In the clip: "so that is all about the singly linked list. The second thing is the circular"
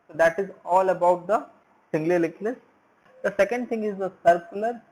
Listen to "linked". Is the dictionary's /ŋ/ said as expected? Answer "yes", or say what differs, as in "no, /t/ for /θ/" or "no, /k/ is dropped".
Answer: no, /ŋ/ is dropped